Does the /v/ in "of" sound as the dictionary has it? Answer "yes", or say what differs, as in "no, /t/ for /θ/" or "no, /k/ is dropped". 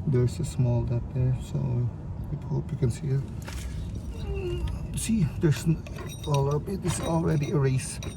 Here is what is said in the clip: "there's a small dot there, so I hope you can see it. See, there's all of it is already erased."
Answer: no, /b/ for /v/